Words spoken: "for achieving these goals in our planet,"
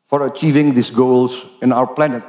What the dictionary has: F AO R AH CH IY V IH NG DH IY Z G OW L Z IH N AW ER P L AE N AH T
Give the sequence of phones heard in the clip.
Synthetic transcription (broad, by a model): F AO R AH CH IY V IH NG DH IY S G OW L S IH N AW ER P L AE N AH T